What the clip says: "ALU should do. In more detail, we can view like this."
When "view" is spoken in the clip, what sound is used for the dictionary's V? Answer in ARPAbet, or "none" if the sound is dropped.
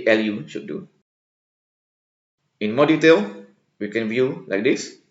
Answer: V